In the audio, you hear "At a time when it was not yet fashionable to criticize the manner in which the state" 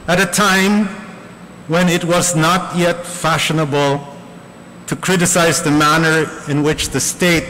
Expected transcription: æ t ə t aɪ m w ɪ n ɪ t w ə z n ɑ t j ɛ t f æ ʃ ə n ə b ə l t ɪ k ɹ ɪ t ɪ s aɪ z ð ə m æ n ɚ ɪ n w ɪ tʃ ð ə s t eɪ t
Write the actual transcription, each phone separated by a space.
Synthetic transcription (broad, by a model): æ t ə t aɪ m w ɪ n ɪ t w ə z n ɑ t j ɛ t f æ ʃ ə n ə b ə l t ɪ k ɹ ɪ t ɪ s aɪ z ð ə m æ n ɚ ɪ n w ɪ tʃ ð ə s t eɪ t